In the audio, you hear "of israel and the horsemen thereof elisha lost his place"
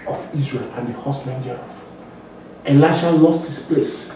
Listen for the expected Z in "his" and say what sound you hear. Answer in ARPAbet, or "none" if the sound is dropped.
S